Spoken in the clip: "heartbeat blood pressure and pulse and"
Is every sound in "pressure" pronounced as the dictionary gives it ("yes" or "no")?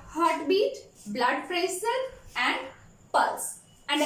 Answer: no